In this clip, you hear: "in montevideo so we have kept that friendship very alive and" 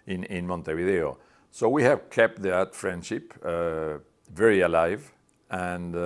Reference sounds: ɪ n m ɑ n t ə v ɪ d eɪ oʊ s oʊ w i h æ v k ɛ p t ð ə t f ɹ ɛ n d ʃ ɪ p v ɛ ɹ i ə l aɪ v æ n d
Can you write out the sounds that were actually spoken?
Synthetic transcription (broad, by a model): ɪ n m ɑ n t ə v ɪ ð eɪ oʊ s oʊ w i h æ v k ɛ p t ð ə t f ɹ ɛ n d ʃ ɪ p v ɛ ɹ i ə l aɪ v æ n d